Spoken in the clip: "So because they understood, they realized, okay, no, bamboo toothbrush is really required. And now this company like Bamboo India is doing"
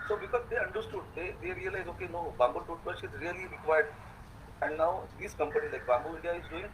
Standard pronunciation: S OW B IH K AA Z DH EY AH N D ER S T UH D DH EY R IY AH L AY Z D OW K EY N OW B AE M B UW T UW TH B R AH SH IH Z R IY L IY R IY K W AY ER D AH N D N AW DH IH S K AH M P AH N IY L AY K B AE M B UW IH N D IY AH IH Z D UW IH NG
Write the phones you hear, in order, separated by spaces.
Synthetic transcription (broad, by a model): S OW B IH K AA Z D EY AH N D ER S T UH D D EY R IY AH L AY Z OW K EY N OW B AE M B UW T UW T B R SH IH Z R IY L IY R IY K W AY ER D AH N D N AW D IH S K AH M P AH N IY L AY K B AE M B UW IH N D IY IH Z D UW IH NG